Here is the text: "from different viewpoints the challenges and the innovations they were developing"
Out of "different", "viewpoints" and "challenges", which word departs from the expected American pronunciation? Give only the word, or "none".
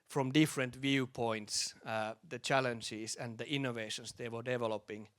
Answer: challenges